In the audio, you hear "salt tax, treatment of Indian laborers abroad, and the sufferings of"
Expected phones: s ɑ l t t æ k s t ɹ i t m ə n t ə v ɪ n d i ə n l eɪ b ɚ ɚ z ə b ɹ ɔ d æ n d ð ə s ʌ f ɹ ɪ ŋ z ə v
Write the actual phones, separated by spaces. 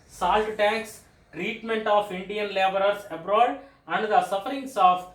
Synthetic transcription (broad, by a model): s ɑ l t t æ k s t ɹ i t m ə n t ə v ɪ n d i ə n l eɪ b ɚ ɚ s ə b ɹ ɔ d æ n d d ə s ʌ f ɹ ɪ ŋ s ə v